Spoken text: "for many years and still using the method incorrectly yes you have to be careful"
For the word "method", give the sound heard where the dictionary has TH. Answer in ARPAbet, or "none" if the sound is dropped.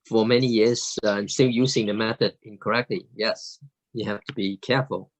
TH